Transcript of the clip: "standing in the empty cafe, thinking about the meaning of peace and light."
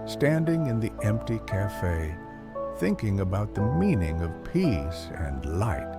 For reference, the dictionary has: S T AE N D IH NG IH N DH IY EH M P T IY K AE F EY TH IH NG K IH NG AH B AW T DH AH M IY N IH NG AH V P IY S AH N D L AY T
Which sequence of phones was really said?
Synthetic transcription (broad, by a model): S T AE N D IH NG IH N DH IY EH M P T IY K AE F EY TH IH NG K IH NG AH B AW T DH AH M IY N IH NG AH V P IY S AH N L AY T